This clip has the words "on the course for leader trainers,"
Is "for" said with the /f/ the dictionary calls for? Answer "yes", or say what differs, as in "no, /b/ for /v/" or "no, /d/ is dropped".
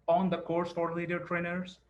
no, /p/ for /f/